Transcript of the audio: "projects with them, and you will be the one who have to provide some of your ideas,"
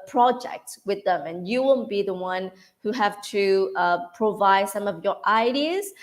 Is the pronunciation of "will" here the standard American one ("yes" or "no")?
no